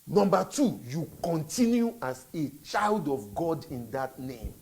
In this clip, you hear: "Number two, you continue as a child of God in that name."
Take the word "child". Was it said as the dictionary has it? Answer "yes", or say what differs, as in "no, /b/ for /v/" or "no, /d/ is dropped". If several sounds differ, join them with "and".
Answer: yes